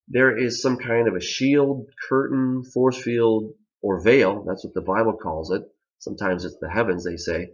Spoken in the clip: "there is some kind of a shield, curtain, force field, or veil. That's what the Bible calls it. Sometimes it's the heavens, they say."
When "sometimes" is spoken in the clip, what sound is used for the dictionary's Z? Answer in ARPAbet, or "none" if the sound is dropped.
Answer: Z